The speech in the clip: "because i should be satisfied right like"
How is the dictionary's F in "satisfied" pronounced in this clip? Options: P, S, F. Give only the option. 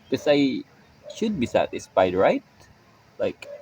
P